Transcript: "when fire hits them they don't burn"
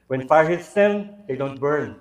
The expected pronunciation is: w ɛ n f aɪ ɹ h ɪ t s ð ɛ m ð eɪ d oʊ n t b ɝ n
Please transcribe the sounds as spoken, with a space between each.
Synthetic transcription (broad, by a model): w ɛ n f aɪ ɹ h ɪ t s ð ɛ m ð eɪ d oʊ n t b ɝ n